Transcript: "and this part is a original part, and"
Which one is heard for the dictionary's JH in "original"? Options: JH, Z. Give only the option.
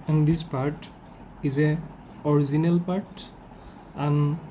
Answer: Z